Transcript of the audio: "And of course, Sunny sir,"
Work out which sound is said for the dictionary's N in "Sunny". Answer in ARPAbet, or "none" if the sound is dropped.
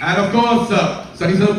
none